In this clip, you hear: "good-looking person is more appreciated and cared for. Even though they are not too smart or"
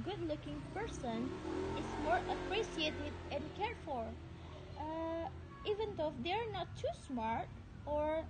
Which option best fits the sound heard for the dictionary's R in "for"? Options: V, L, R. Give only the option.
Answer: L